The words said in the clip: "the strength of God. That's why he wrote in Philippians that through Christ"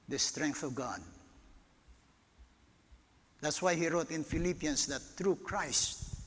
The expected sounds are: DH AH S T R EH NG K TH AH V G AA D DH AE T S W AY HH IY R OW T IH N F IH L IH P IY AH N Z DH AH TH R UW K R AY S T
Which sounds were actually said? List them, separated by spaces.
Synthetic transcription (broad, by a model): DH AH S T R EH NG K TH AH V G AA D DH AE T S W AY HH IY R OW T IH N F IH L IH P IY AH N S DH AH T R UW K R AY S T